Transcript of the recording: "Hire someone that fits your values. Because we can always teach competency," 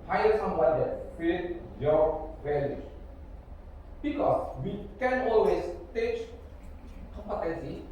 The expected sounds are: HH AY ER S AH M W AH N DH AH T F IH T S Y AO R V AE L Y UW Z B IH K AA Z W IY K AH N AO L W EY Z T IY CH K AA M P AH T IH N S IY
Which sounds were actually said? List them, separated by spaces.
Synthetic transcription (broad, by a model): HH AY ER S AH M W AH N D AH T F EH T Y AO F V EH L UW B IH K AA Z W IY K AH N AO L W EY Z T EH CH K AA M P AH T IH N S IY